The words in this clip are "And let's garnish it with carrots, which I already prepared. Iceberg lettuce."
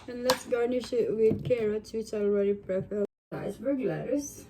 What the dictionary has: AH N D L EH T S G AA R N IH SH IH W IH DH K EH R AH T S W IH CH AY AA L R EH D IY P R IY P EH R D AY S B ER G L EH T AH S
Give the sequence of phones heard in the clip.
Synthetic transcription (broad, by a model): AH N L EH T S G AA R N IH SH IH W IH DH K EH R AH T S W IH CH AA L R EH D IY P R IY F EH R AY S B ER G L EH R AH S